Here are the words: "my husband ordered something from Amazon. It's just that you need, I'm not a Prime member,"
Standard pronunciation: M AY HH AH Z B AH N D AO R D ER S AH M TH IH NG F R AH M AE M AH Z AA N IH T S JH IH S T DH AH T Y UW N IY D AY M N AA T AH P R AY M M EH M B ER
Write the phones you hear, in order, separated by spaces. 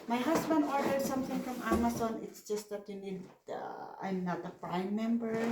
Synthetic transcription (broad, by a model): M AY HH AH S B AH N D AO R D ER S AH M TH IH NG F R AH M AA M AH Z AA N IH T S JH IH S T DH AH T Y UW N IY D AY M N AA T AH P R AY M M EH M B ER